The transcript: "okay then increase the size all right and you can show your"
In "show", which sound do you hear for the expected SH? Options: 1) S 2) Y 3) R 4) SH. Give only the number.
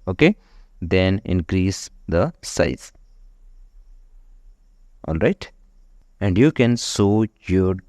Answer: 1